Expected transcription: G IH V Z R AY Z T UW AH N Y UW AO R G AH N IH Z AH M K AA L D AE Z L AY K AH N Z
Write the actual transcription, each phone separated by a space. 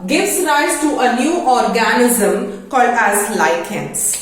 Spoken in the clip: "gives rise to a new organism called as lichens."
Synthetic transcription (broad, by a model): G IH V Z R AY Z T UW AH N Y UW AO R G AH N IH Z AH M K AA L D AE Z L AY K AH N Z